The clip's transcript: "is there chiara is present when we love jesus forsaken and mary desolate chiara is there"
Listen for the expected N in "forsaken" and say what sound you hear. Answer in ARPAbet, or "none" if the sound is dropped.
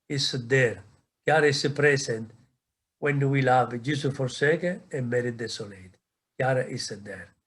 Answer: none